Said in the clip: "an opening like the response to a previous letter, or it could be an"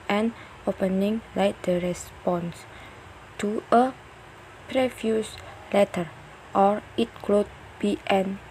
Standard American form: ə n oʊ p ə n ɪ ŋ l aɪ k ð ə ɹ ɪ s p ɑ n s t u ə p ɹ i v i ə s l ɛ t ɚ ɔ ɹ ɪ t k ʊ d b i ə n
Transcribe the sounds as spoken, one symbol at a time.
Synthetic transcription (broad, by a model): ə n oʊ p ə n ɪ ŋ l aɪ k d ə ɹ ɪ s p ɑ n s t u ə p ɹ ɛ f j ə s l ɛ t ɚ ɔ ɹ ɪ t k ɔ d b i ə n